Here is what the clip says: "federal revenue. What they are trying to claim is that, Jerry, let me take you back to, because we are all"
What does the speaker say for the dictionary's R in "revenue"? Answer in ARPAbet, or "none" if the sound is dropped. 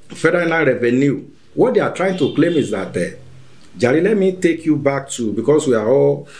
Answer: R